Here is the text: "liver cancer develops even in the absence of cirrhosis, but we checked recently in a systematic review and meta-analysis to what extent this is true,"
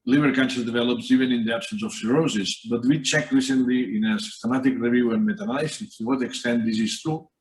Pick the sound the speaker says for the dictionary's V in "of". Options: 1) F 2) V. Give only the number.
1